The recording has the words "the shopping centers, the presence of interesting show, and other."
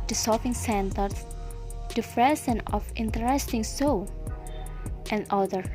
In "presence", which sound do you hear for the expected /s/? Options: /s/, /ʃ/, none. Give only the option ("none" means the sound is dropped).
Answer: none